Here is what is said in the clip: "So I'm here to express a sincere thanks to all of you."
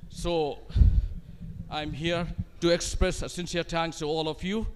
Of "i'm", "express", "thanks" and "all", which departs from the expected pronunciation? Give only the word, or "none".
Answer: thanks